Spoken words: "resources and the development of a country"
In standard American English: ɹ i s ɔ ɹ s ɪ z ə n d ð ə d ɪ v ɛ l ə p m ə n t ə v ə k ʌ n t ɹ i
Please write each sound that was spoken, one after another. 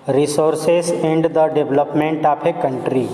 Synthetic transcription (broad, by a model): ɹ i s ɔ ɹ s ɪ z ə n d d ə d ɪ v l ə p m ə n t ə p ə k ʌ n t ɹ i